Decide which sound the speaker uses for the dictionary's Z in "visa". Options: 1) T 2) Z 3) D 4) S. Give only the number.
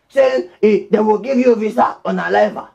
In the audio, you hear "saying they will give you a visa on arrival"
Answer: 4